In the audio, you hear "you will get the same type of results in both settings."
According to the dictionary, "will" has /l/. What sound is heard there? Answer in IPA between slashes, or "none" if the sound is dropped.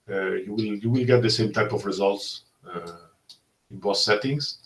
/l/